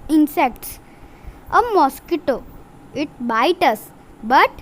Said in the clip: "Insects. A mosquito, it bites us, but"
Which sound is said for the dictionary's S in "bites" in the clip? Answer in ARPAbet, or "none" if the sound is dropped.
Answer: none